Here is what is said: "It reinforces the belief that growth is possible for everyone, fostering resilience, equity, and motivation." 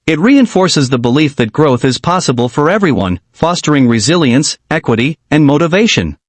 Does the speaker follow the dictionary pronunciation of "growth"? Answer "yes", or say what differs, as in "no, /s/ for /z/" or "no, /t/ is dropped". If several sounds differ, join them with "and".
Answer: yes